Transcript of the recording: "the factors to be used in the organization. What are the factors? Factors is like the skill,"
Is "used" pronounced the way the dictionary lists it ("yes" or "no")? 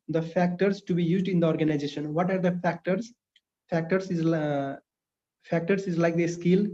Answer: yes